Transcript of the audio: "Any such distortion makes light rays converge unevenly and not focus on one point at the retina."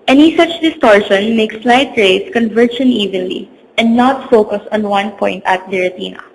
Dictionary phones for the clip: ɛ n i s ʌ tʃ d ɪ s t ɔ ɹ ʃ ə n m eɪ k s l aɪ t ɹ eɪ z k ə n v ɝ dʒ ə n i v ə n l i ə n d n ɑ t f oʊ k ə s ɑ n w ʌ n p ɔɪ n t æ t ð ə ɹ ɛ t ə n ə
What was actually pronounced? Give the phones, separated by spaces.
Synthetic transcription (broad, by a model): ɛ n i s ʌ tʃ d ɪ s t ɔ ɹ ʃ ə n m eɪ k s l aɪ t ɹ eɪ s k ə n v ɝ ʃ ə n i v ə n l i ə n d n ɑ t f oʊ k ə s ɑ n w ʌ n p ɔɪ n t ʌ t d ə ɹ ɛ t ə n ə